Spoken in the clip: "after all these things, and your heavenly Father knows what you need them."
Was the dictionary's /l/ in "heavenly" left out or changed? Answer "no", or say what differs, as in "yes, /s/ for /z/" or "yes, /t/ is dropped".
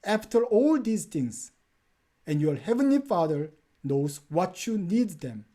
no